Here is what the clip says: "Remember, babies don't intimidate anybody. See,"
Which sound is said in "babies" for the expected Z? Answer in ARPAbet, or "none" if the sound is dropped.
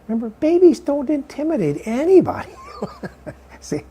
Z